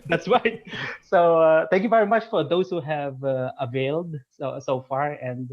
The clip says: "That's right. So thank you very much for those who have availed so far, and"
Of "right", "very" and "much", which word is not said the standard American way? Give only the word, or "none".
none